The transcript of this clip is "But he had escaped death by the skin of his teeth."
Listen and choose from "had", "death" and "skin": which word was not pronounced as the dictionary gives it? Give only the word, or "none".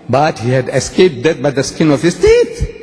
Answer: death